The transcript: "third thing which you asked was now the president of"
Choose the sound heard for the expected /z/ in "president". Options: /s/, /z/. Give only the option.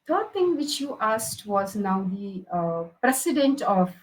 /s/